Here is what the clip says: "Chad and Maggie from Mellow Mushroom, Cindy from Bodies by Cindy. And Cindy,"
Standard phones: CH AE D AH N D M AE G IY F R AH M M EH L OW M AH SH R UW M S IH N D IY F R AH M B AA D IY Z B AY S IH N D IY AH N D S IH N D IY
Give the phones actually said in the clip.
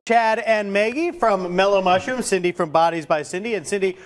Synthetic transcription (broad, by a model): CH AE D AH N M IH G IY F R AH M M EH L OW M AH SH UW M S IH N D IY F R AH M B AA D IY Z B AY S IH N D IY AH N S IH N D IY